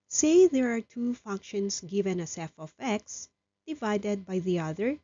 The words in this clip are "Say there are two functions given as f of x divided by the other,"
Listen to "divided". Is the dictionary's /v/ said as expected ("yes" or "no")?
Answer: yes